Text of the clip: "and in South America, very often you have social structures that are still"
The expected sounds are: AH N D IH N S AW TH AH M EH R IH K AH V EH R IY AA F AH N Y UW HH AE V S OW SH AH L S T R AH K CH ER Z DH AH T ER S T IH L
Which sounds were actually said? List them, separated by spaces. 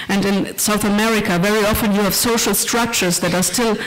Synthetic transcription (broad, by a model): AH N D IH N S AW TH AH M EH R IH K AH V EH R IY AA F AH N Y UW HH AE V S OW SH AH L S T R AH K CH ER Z DH AH T ER S T IH L